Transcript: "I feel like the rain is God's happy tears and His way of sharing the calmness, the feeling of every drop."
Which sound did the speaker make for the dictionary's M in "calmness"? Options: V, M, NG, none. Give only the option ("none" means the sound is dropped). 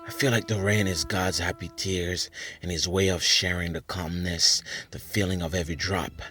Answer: M